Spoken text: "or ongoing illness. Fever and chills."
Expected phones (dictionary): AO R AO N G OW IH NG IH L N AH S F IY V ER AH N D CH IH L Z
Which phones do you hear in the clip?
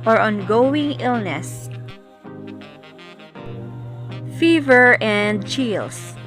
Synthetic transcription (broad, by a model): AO R AO N G OW IH NG IH L N AH S F IY V ER AH N D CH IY L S